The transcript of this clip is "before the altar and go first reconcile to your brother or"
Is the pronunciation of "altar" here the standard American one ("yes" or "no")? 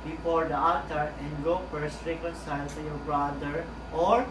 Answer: no